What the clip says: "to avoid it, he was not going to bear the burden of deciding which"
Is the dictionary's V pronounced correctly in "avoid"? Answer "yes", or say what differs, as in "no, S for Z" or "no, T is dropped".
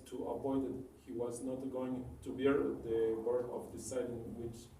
no, P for V